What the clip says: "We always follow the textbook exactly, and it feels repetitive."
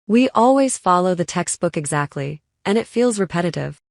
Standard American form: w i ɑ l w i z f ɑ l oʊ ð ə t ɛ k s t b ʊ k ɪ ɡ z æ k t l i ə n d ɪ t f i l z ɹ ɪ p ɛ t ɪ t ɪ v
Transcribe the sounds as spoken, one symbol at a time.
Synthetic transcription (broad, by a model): w i ɑ l w i z f ɑ l oʊ ð ə t ɛ k s t b ʊ k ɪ ɡ z æ k t l i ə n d ɪ t f i l z ɹ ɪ p ɛ t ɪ t ɪ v